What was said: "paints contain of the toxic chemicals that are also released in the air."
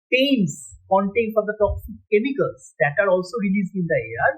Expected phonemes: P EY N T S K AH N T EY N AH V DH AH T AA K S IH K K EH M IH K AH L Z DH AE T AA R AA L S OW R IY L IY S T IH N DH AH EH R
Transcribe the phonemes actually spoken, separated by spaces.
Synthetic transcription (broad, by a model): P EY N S K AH N T EY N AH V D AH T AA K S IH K K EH M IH K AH L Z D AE T AA R AA L S OW R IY L IY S IH N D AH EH R